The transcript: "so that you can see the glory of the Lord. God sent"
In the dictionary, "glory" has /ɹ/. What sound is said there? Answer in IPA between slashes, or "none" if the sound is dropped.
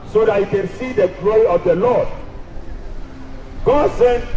none